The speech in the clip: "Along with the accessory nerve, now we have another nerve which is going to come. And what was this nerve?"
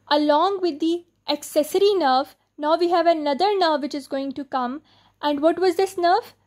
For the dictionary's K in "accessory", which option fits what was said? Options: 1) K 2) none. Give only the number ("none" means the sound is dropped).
1